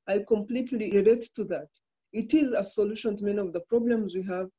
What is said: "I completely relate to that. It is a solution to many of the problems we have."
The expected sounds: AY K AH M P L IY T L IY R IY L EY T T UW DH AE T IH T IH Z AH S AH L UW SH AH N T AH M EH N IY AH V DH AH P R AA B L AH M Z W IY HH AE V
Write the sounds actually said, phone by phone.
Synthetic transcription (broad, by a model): AY K AH M P L IY T L IY R IY L EY T T UW DH AE T IH T IH Z AH S AH L UW SH AH N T M EH N IY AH V DH AH P R AA B L AH M Z W IY HH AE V